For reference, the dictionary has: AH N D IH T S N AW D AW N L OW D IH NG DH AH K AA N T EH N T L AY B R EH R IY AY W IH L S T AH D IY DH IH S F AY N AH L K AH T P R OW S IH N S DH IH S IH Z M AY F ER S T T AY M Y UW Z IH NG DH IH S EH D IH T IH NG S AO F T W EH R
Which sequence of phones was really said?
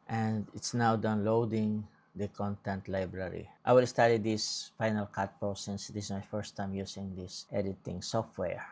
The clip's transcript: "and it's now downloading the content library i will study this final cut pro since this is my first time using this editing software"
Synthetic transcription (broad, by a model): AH N D IH T S N AW D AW N L OW D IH NG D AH K AA N T EH N T L AY B R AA R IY AY W IH L S T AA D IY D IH S F AY N AH L K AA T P OW S IH N S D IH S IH S M AY F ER S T T AY M Y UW S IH NG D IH S EH D IH T IH NG S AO F T W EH R